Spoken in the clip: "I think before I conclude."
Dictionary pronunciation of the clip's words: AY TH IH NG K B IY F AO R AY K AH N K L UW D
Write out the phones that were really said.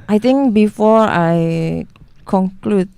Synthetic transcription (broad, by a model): AY T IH NG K B IY F AO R AY K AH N K L UW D